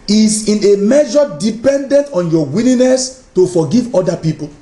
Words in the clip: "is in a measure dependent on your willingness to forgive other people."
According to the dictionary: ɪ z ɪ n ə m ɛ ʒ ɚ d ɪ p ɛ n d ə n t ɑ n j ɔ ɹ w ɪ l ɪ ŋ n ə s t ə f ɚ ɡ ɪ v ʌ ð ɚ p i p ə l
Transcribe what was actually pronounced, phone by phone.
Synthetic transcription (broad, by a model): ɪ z ɪ n ə m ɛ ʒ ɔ d ɪ p ɛ n d ə n t ɑ n j ɔ w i l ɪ n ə s t ə f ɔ ɡ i v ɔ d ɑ p i p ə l